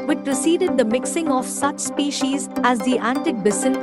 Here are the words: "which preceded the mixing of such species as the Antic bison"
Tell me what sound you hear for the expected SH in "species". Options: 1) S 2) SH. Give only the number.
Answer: 2